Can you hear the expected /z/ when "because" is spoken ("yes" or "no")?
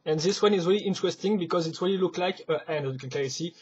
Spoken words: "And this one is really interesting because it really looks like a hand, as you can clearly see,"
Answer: yes